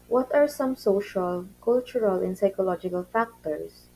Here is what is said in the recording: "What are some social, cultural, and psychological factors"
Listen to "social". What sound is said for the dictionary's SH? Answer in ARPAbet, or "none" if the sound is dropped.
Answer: SH